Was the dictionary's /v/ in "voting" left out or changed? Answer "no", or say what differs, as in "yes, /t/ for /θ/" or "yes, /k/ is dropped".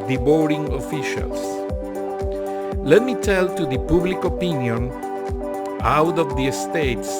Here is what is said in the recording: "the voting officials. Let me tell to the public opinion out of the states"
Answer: yes, /b/ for /v/